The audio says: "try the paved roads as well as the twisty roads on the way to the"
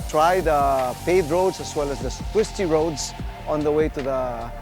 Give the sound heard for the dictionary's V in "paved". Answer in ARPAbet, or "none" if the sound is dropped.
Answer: none